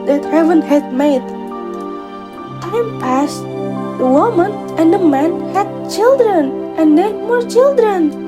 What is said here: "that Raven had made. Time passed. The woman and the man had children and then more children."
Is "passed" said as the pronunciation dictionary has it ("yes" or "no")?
yes